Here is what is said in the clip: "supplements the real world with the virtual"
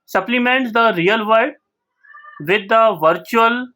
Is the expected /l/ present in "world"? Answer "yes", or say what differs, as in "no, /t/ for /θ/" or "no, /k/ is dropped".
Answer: no, /l/ is dropped